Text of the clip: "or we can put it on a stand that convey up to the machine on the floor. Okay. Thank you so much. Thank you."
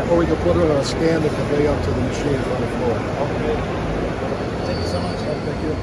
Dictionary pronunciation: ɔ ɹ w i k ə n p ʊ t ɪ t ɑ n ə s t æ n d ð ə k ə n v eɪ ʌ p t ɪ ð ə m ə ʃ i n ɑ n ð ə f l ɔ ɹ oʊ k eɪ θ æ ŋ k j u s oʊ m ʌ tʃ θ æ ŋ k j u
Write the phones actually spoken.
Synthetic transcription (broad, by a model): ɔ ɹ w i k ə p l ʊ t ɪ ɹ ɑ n ə s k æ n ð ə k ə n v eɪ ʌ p t ɪ ð ə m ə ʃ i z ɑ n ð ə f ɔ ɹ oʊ eɪ θ æ ŋ k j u s oʊ m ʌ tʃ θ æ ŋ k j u